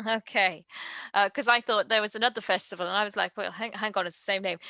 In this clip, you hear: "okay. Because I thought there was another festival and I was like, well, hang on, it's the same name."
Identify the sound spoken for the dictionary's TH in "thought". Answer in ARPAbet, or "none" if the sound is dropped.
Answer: TH